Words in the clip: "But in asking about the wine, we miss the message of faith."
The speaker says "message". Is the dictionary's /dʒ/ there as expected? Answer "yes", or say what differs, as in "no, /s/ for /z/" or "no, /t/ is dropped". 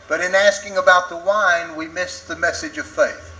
yes